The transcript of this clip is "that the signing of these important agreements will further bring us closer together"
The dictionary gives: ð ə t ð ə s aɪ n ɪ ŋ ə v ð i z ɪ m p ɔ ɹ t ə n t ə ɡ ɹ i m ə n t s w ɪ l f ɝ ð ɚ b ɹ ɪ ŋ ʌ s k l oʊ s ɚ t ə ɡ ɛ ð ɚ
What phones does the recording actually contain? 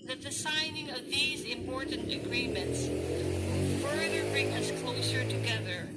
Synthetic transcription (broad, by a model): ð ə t ð ə s aɪ n ɪ ŋ ə v ð i z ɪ m p ɔ ɹ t n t ə ɡ ɹ i m ə n t s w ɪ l f ɝ ð ɚ b ɹ ɪ ŋ ʌ s k l oʊ s ɚ t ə ɡ ɛ ð ɚ